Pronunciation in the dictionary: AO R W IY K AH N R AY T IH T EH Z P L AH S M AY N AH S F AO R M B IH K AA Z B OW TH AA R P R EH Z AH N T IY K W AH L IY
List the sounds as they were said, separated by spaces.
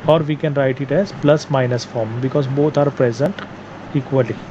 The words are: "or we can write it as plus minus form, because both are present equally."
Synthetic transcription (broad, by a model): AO R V IY K AH N R AY T IH T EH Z P L AH S M AY N AH S F AO R M B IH K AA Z B OW T AA R P R EH Z AH N T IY K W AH L IY